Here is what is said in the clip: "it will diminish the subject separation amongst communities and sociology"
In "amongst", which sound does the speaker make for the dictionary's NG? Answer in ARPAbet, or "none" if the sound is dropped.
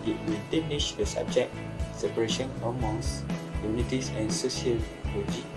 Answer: none